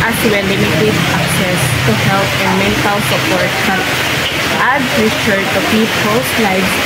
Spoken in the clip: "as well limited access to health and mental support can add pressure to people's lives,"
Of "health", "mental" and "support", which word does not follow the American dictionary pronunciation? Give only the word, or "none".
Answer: health